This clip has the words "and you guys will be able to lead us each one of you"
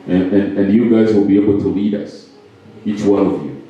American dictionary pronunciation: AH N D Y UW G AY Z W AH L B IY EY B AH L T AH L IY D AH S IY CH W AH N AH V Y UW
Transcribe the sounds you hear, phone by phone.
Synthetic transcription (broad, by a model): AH N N Y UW G AY Z W AH L B IY EY B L T AH L IY D AH S IY CH W AH N AH V Y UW